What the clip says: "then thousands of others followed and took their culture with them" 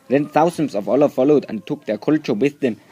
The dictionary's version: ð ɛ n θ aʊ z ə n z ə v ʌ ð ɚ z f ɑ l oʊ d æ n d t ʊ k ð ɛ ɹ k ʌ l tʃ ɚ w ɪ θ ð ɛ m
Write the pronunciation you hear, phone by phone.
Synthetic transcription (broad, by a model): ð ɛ n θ aʊ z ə n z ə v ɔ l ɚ f ɑ l oʊ d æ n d t ʊ k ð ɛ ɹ k ʌ l tʃ ɚ w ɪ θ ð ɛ m